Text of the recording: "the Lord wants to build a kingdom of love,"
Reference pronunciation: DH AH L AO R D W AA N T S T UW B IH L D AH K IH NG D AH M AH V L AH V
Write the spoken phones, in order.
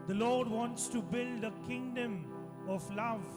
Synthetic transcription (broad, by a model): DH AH L AO R D W AA N T S T UW B IH L D AH K IH NG D AH M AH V L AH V